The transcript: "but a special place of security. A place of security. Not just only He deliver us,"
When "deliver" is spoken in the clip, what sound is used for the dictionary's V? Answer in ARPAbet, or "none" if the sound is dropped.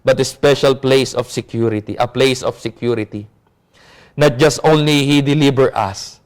B